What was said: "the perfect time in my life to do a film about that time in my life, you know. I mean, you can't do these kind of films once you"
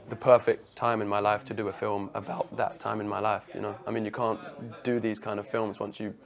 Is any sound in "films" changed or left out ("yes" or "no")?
no